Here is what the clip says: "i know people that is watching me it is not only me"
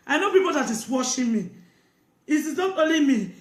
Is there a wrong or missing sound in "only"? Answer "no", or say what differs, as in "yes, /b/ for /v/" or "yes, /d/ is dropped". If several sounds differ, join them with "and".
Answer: yes, /n/ is dropped